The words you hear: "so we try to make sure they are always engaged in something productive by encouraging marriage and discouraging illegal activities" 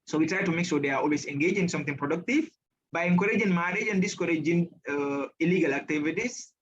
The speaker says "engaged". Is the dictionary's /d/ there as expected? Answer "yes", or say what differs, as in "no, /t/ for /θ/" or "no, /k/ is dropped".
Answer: no, /d/ is dropped